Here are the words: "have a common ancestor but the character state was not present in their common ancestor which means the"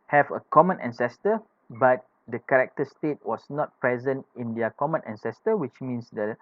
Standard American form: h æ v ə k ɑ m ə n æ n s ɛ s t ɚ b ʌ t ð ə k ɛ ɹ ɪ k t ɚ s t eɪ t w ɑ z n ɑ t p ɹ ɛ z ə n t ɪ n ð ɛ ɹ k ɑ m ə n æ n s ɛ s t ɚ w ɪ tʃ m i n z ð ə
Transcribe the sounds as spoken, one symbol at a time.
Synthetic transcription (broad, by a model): h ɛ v ə k ɑ m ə n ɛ n s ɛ s t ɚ b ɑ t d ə k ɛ ɹ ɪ k t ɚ s t eɪ t w ɑ s n ɑ t p ɹ ɛ z ə n t ɪ n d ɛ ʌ k ɑ m ə n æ n s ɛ s t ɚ w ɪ tʃ m i n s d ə